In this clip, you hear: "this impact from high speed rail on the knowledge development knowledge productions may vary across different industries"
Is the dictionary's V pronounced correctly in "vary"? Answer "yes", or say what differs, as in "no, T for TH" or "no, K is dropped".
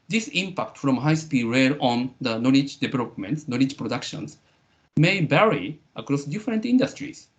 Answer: no, B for V